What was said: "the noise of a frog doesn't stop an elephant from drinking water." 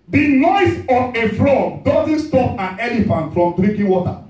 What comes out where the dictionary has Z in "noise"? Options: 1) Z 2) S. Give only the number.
2